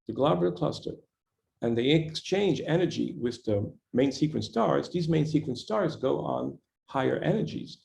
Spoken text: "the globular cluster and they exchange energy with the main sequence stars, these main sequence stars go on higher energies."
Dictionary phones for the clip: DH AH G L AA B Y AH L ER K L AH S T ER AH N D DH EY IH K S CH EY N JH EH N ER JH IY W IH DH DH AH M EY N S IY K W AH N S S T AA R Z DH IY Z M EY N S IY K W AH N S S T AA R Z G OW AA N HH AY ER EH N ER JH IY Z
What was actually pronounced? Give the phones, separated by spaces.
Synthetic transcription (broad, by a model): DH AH G L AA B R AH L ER K L AH S T ER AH N DH EY IH K S CH EY N JH EH N ER JH IY W IH DH DH AH M EY N S IY K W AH N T S T AA R Z DH IY Z M EY N S IY K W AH N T S T AA R Z G OW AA N HH AY ER EH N ER JH IY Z